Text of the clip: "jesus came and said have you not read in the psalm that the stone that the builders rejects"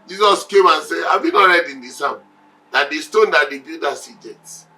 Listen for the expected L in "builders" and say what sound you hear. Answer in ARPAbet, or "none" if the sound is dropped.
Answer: none